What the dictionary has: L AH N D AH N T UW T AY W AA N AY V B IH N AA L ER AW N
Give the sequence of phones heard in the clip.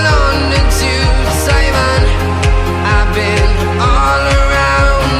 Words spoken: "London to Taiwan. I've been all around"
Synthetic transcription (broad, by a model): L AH N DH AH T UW S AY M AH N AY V B IH N AA L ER AW N